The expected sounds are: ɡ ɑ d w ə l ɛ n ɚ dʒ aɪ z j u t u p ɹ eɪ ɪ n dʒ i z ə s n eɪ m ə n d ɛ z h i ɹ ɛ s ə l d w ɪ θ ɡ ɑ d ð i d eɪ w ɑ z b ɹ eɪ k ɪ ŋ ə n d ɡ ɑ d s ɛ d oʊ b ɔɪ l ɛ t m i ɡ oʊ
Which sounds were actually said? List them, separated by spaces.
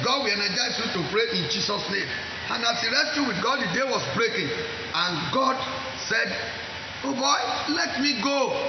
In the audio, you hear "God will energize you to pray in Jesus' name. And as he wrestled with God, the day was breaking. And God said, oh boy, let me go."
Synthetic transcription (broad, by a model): ɡ ɑ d w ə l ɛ n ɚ dʒ aɪ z j u t u p ɹ eɪ ɪ n dʒ i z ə s n eɪ m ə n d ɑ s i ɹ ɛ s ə w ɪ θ ɡ ɑ d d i d eɪ w ɑ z b ɹ eɪ k ɪ ŋ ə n ɡ ɑ d s ɛ d oʊ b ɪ l ɛ t m i ɡ oʊ